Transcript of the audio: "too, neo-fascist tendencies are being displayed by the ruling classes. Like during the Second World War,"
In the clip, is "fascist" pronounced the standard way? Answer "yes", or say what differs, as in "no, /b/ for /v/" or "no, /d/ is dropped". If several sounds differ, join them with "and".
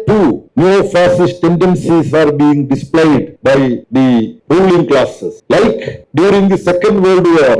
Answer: no, /s/ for /ʃ/